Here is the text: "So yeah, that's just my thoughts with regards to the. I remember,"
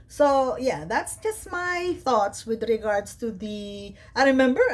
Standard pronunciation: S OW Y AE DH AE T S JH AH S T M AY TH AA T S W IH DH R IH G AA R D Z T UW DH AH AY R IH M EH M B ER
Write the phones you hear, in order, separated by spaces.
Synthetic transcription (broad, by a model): S OW Y AE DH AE T S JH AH S T M AY TH AA T S W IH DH R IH G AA R D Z T UW DH AH AY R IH M EH M B ER